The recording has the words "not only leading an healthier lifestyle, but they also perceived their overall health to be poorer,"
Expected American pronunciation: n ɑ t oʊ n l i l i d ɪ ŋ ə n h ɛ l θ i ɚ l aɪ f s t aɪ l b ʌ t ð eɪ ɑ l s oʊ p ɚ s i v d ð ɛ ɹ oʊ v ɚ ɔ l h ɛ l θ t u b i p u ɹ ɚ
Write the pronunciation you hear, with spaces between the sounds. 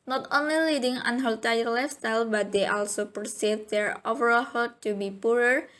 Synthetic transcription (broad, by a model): n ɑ t oʊ n l i l i d ɪ ŋ ə n h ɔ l t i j l aɪ f s t aɪ l b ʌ t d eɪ ɑ l s oʊ p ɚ s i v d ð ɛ ɹ oʊ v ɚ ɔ l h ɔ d t u b i p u ɹ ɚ